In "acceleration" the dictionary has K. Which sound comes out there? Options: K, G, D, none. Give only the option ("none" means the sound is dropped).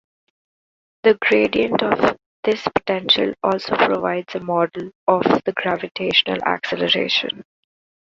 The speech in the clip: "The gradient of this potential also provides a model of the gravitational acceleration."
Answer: K